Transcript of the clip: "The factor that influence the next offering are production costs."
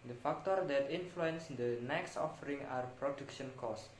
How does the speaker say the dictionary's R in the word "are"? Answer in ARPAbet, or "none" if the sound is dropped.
R